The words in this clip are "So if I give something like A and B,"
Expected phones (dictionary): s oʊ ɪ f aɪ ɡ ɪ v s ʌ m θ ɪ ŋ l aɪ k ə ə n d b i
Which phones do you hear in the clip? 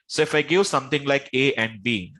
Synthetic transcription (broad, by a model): s oʊ ɪ f aɪ ɡ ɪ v s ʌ m t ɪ ŋ l aɪ k ə ə n d b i